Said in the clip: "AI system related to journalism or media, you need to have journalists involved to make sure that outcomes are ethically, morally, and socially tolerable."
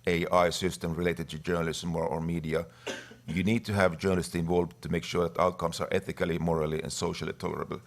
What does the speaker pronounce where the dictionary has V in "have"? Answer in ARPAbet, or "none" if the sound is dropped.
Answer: V